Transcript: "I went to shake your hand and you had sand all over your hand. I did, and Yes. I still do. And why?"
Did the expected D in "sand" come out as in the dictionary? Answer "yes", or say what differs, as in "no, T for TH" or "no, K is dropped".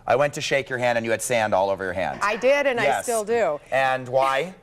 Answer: yes